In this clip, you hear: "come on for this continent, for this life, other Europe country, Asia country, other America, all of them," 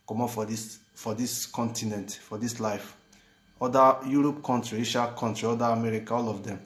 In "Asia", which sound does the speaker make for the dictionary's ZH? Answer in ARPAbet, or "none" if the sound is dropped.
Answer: SH